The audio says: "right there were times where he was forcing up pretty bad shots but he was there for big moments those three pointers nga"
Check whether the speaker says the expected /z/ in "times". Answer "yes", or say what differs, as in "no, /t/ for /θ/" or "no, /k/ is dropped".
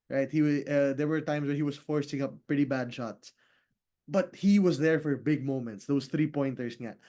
no, /s/ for /z/